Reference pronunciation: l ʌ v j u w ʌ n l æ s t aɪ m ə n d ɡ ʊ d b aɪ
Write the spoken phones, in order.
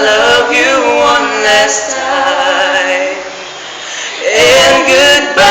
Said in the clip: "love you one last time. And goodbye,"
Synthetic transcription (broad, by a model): l ʌ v j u w ʌ n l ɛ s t aɪ ə n ɡ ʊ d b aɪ